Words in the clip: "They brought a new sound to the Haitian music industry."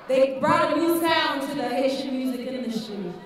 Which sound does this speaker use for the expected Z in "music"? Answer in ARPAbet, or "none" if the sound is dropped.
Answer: Z